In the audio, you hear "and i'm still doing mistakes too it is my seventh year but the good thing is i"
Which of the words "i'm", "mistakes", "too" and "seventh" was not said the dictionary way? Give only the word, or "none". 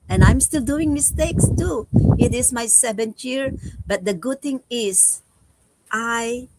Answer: seventh